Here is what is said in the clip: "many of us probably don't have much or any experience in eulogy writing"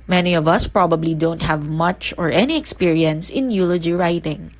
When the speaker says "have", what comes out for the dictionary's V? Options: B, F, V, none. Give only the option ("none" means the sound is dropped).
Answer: V